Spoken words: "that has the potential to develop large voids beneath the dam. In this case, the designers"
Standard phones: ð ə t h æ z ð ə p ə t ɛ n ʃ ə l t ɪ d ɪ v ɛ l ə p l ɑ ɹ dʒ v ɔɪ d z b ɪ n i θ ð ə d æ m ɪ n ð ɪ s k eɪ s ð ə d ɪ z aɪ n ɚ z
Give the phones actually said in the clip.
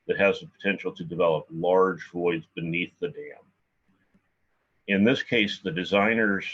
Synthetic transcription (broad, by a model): ð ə t h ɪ z ð ə p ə t ɛ n ʃ l t ɪ d ɪ v ɛ l ə p l ɑ ɹ dʒ v ɔɪ d z b ɪ n i θ ð ə d æ m ɪ n ð ɪ s k eɪ s ð ə d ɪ z aɪ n ɚ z